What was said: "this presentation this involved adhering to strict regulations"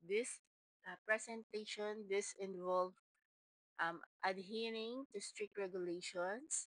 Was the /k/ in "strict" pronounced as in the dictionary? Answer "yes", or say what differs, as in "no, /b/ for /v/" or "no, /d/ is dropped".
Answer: yes